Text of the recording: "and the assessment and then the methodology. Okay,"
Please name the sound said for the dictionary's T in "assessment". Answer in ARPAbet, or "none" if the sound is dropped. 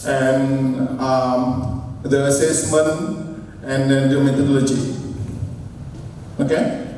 none